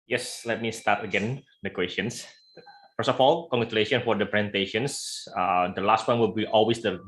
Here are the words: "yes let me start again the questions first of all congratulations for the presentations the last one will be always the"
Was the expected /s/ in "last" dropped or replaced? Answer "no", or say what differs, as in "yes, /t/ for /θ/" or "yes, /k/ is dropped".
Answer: no